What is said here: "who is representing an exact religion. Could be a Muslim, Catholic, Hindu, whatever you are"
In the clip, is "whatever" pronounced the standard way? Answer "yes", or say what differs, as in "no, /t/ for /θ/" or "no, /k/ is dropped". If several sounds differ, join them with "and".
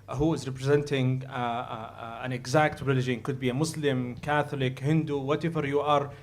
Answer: no, /f/ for /v/